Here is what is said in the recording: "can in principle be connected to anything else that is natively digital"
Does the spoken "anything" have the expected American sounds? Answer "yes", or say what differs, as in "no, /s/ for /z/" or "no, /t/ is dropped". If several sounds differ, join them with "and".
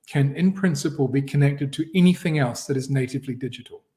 yes